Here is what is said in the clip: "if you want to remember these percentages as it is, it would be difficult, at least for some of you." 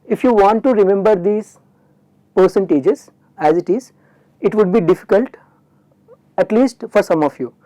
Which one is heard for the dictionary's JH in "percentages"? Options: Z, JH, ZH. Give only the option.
JH